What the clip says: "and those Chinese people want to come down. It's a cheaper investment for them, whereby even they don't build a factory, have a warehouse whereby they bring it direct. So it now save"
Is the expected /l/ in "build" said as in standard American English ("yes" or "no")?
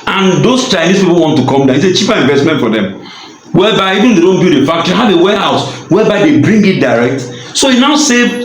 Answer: no